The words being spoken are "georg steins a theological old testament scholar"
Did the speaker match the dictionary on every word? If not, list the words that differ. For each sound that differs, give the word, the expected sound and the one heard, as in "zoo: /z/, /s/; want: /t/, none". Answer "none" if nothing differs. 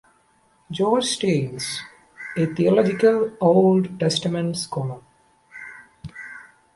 theological: /θ/, /t/